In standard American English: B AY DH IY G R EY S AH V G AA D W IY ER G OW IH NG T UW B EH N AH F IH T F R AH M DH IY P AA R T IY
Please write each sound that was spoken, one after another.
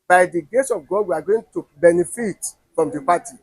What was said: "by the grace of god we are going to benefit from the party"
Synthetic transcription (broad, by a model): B AY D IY G EY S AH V G AA D W IY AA G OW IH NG T UW B EH N AH F IH T F R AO M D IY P AA T IY